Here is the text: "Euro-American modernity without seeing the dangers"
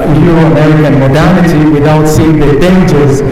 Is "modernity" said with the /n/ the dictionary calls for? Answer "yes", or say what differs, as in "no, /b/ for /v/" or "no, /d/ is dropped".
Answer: yes